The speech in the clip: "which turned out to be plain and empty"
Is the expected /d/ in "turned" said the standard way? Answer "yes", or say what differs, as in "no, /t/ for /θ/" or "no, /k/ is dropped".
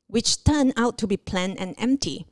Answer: no, /d/ is dropped